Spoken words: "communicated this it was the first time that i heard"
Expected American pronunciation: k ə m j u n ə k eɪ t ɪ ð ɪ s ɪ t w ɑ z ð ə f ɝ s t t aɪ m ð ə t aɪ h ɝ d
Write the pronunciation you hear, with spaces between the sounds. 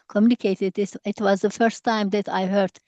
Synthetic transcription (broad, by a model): k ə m j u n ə k eɪ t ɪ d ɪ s ɪ t w ɑ z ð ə f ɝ s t t aɪ m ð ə t aɪ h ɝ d